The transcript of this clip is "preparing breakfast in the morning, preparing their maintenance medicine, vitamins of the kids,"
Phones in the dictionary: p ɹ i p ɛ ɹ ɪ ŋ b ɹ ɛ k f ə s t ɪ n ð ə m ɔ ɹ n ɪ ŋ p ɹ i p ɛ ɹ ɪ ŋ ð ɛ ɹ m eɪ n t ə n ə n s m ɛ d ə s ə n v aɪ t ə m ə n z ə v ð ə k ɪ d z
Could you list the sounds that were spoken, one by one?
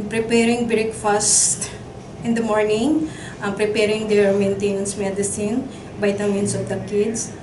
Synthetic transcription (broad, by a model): p ɹ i p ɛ ɹ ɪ ŋ b ɹ ɛ k f ə s t ɪ n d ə m ɔ ɹ n ɪ ŋ p ɹ i p ɛ ɹ ɪ ŋ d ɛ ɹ m eɪ n t ə n ə n s m ɛ d ə s ə n b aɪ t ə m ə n s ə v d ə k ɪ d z